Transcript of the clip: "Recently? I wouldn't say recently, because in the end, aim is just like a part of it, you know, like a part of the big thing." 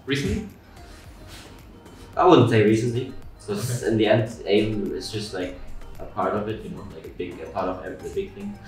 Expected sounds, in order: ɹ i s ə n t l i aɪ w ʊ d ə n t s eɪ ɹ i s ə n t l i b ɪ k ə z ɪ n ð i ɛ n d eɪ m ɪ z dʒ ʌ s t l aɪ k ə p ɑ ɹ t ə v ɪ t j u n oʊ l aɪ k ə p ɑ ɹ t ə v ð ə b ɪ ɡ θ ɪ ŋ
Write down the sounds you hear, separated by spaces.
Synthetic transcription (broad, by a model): ɹ i s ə n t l i aɪ w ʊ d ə n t s eɪ ɹ i s ə n t l i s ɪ ə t ɪ n ð i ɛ n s eɪ m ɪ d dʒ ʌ s t l aɪ k ə p ɑ ɹ t ə v ɪ t j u n oʊ l aɪ k ə p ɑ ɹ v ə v ð ə b ɪ ɡ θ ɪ ŋ